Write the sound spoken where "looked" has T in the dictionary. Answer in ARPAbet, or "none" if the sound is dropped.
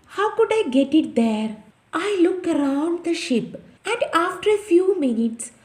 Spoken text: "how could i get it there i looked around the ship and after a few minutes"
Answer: none